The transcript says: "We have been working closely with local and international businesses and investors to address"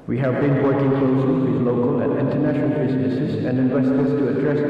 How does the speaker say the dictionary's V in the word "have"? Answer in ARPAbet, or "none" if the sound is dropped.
V